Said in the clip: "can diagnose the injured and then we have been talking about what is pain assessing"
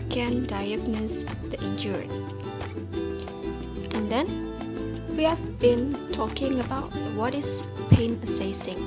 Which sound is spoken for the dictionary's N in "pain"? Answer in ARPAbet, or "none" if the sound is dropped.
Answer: N